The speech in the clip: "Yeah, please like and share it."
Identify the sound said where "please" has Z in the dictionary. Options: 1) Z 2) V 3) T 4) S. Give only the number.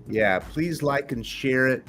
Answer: 1